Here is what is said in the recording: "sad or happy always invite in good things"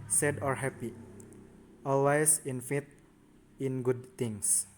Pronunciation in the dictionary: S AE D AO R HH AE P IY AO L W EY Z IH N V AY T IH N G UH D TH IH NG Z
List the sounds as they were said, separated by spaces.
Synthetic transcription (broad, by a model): S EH D AO R HH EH P IY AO L W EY S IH N F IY T IH N G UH D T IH NG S